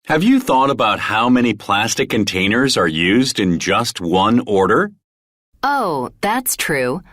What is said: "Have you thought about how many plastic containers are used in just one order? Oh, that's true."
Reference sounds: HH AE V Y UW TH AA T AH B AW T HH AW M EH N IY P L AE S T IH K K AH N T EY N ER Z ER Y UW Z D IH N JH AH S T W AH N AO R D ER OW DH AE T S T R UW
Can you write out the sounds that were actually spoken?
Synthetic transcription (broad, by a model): HH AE V Y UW TH AA T AH B AW T HH AW M EH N IY P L AE S T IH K K AH N T EY N ER Z ER Y UW Z D IH N JH AH S T W AH N AO R D ER OW DH AE T S T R UW